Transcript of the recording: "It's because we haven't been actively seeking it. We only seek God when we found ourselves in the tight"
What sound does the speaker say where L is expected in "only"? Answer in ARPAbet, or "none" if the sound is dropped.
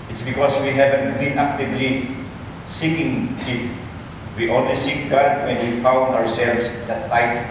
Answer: W